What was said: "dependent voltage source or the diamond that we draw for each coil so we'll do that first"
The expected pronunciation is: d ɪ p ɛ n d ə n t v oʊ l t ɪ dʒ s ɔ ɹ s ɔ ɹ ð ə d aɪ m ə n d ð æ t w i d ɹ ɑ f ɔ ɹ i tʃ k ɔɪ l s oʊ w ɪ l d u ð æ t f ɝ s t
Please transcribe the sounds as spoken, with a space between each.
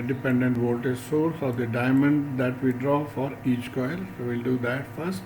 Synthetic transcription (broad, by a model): d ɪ p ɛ n d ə n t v oʊ l t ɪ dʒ s ɔ ɹ s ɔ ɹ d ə d aɪ m ə n d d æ t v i d ɹ ɑ f ɔ ɹ i tʃ k ɔɪ l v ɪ l d u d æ t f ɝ s t